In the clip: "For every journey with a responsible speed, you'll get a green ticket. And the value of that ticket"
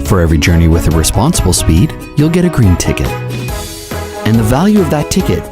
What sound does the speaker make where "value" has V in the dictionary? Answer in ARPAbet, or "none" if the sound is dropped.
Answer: V